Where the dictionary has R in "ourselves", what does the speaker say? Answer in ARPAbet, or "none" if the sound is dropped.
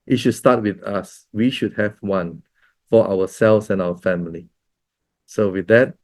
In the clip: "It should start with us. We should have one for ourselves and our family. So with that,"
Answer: W